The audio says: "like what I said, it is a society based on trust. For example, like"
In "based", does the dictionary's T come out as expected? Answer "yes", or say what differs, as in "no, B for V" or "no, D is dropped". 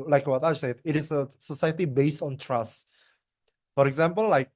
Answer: yes